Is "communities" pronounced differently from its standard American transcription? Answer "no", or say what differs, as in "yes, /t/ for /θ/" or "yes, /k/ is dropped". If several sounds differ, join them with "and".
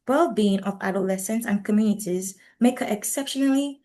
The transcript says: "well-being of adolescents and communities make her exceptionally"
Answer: no